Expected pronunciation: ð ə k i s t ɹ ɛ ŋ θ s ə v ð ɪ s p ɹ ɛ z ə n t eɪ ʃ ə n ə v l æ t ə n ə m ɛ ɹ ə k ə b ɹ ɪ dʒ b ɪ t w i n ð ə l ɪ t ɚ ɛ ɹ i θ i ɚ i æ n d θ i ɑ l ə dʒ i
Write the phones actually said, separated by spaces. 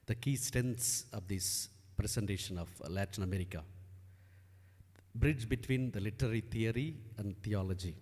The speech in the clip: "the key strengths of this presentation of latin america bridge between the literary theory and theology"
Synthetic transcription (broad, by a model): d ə k i s t ɛ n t s ə v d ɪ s p ɹ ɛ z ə n t eɪ ʃ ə n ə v l æ t ə n ə m ɛ ɹ ə k ə b ɹ ɪ dʒ b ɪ t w i n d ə l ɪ t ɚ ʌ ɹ i t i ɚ i æ n d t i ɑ l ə dʒ i